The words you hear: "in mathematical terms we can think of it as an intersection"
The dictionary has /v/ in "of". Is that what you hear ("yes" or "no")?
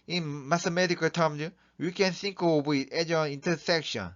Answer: no